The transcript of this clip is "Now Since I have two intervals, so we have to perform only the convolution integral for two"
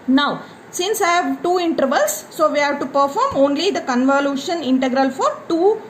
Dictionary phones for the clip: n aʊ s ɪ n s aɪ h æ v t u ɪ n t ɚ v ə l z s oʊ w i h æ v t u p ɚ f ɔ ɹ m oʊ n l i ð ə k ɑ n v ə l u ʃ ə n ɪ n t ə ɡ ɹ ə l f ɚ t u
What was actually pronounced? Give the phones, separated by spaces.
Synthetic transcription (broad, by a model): n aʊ s ɪ n s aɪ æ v t u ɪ n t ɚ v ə l s oʊ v i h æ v t u p ɚ f ɔ ɹ m oʊ n l i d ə k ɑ n v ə l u ʃ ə n ɪ n t ə ɡ ɹ ə l f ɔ t u